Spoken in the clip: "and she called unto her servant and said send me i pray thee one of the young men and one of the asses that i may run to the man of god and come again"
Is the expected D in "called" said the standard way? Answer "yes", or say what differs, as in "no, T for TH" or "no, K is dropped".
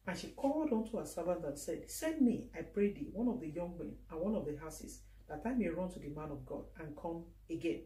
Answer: yes